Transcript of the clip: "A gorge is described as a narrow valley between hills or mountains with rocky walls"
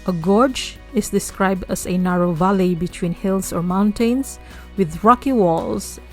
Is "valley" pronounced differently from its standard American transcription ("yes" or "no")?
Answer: no